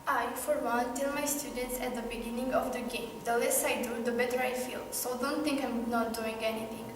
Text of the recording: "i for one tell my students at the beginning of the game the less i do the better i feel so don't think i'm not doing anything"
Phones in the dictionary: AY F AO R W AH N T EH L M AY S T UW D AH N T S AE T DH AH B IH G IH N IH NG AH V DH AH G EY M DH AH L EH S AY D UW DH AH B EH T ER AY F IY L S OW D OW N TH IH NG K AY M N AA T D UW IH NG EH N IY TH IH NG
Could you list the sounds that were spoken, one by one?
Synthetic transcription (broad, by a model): AY F AO R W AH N T EH L M AY S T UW D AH N T S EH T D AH B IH G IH N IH NG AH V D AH G EY M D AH L EH S AY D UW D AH B EH T ER AY F IY L S OW D OW N T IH NG K AY M N AA T D UW IH NG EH N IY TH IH NG